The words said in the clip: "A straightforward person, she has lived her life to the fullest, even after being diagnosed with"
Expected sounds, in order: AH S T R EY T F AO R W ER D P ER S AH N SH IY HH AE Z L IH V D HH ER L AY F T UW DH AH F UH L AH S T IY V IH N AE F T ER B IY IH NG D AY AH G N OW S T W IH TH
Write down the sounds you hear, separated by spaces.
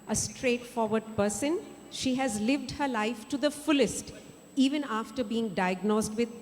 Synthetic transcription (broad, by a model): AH S T R EY T F AO R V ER D P ER S AH N SH IY HH AE Z L IH V D HH ER L AY F T UW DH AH F UH L AH S T IY V IH N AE F T ER B IY IH NG D AY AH G N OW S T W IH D